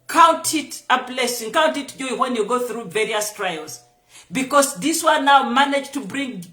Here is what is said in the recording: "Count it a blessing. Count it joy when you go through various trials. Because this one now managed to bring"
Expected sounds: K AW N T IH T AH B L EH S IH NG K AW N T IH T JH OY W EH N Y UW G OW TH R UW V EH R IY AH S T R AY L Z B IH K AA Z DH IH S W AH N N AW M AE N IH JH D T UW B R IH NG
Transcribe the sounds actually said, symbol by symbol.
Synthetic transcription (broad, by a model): K AW N T IH T AH B L EH S IH NG K AW N T IH T JH OY W EH N Y UW G OW TH R UW V EH R IY AH S T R AY L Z B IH K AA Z DH IH S W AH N N AW M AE N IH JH T UW B R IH NG